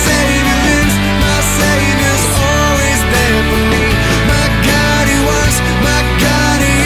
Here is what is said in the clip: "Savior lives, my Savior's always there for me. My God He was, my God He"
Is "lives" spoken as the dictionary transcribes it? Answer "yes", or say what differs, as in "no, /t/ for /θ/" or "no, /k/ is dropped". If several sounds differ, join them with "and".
no, /v/ is dropped